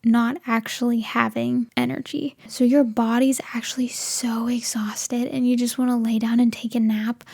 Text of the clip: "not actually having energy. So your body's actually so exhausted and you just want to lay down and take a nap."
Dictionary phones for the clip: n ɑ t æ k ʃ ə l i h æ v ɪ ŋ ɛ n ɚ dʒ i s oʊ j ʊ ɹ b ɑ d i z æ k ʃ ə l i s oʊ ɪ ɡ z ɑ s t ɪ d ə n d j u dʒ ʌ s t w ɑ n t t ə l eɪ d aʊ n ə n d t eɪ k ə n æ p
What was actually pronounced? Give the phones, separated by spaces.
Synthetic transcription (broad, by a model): n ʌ t æ k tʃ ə l i h æ v ɪ ŋ ɛ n ɚ dʒ i s oʊ j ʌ ɹ b ɑ d i z æ k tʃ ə l i s oʊ ɪ ɡ z ɑ s t ɪ d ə n j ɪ dʒ ʌ s t w ɑ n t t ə l eɪ d aʊ n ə n t eɪ k ə n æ p